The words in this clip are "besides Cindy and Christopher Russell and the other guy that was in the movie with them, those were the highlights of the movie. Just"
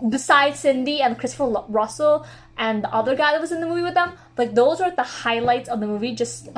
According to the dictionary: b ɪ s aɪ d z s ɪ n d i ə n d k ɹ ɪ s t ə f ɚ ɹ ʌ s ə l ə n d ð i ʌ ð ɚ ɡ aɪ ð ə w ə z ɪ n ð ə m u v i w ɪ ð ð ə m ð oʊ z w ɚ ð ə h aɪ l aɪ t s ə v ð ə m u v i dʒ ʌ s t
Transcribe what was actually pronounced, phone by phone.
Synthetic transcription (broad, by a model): b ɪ s aɪ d s ɪ n d i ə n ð k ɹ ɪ s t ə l ɹ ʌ s l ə n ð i ʌ ð ɚ ɡ aɪ ð ə w ə z ɪ n ð ə m u v i w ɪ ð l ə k ð oʊ z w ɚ ð ə h aɪ l aɪ t s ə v ð ə m u v i dʒ ʌ s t